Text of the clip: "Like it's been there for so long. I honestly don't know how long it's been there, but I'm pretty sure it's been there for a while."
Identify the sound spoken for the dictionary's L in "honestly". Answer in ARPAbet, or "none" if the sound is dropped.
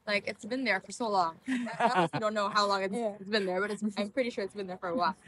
none